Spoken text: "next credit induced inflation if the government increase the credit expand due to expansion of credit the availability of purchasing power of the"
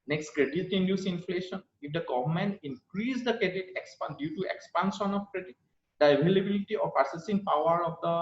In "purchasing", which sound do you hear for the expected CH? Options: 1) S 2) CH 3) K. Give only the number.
1